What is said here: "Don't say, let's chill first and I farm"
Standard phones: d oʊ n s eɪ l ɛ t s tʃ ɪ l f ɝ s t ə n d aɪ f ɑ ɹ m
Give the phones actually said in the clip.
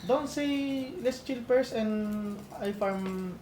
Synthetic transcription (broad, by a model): d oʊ n s eɪ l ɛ s tʃ ɪ l p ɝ s ə n d aɪ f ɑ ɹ m